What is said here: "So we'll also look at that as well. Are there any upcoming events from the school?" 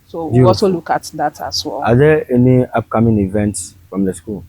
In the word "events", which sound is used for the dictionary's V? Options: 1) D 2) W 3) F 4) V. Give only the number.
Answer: 4